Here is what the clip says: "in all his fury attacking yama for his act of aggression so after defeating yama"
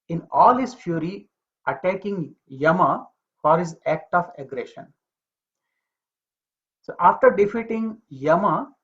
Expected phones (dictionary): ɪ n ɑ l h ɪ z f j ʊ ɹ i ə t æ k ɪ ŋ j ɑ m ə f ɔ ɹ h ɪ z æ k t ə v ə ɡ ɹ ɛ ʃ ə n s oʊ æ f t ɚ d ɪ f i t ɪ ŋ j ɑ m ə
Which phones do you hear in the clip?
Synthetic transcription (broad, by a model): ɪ n ɑ l h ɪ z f j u ɹ i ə t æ k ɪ ŋ j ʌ m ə f ɔ ɹ h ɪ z æ k t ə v ə ɡ ɹ ɛ ʃ ə n s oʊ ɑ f t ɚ d ɪ f i t ɪ ŋ j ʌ m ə